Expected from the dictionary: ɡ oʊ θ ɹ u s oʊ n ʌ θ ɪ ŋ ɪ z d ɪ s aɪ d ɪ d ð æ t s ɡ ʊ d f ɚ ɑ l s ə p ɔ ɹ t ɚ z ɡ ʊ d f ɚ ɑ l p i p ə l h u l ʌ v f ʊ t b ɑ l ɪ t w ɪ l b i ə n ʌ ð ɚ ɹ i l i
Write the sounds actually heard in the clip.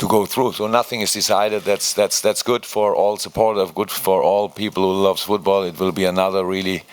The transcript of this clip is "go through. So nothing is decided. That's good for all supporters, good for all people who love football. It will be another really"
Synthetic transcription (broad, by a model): ɡ oʊ θ ɹ u s oʊ n ʌ θ ɪ ŋ ɪ z d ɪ s aɪ d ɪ d ð æ t s ɡ ʊ d f ɚ ɑ l s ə p ɔ ɹ t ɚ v ɡ ʊ d f ɚ ɑ l p i p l h u l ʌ v f ʊ t b ɑ l ɪ t w ɪ l b i ə n ʌ ð ɚ ɹ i l i